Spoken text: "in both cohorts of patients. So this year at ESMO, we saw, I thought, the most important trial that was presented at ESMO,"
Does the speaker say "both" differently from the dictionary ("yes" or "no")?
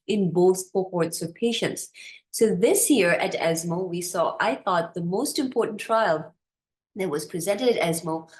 no